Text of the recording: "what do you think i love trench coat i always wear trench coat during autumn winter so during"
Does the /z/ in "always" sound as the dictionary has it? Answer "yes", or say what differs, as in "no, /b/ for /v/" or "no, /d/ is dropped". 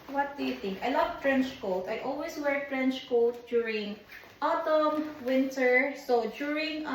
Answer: no, /s/ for /z/